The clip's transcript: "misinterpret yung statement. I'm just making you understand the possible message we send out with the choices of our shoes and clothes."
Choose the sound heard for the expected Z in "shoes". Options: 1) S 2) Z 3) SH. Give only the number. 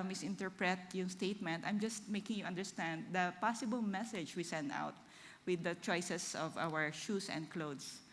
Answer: 1